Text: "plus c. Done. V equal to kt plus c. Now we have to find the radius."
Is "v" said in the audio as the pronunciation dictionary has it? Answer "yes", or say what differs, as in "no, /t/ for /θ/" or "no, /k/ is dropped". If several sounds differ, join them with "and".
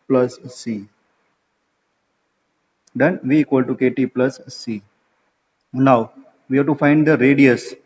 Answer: yes